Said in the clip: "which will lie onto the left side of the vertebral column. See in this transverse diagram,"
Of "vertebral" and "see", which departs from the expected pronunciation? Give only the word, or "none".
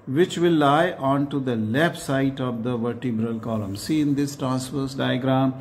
none